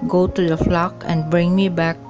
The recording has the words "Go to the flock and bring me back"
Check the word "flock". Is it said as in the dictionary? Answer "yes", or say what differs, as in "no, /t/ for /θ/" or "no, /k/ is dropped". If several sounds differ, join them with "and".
yes